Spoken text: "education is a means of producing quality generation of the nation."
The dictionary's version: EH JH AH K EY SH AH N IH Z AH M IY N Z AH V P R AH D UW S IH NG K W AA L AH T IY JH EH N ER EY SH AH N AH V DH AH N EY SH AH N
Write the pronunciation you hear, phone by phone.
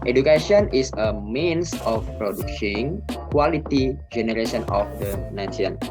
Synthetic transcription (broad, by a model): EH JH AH K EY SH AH N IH S AH M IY N S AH F P R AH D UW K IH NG K W AA L AH T IY JH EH N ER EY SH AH N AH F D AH N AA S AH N